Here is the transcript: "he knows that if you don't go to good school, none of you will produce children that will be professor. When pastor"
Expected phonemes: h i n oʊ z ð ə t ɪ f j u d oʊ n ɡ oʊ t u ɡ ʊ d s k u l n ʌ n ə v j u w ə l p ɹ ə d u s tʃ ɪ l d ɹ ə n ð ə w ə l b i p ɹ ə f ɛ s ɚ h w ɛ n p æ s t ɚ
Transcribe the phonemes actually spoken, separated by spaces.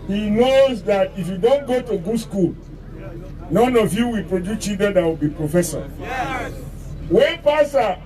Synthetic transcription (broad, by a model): h i n oʊ z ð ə t ɪ f j u d oʊ n ɡ oʊ t u ɡ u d s k u l n ʌ n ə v j u w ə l p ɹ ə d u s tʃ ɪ d ə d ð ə w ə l b i p ɹ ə f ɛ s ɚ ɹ w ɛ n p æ s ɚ